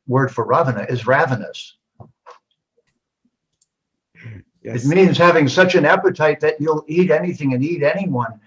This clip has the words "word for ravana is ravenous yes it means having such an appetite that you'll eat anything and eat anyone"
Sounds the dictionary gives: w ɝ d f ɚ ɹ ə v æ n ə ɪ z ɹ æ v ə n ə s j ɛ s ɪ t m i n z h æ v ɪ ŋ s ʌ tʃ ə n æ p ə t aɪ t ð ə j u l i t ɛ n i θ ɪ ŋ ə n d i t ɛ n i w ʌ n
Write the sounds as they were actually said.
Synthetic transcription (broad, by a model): w ɝ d f ɚ ɹ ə v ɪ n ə ɪ z ɹ æ v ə n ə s s ɪ t m i n z h æ v ɪ ŋ s ʌ tʃ ə n æ p ə t aɪ t ð ə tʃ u l i t ɛ n i θ ɪ ŋ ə n i t ɛ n i w ʌ n